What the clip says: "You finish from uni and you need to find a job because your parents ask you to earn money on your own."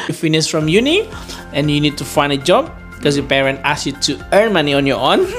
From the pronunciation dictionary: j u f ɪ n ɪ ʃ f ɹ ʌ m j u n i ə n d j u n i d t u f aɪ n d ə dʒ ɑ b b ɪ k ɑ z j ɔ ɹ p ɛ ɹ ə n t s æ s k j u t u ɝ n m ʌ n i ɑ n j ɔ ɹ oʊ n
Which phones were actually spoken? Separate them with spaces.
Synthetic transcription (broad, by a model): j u f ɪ n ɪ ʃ f ɹ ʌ m j u n i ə n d j u n i d t u f aɪ n d ə dʒ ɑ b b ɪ k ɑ s j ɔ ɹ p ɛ ɹ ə n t ɑ s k j u t u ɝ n m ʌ n i ɑ n j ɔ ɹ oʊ n